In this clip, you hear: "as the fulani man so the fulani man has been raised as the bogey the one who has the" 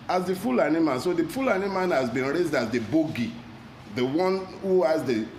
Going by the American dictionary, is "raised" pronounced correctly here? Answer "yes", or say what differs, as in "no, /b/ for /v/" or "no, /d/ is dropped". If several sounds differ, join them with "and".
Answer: yes